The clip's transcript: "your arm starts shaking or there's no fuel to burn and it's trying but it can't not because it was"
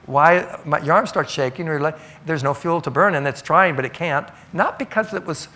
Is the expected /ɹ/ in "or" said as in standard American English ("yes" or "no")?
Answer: no